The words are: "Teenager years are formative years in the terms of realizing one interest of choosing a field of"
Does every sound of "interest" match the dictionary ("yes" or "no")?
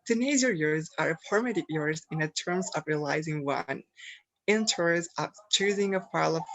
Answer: no